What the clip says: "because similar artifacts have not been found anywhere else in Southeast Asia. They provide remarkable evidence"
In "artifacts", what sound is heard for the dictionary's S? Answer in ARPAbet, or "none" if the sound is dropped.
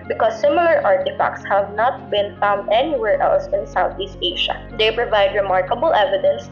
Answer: S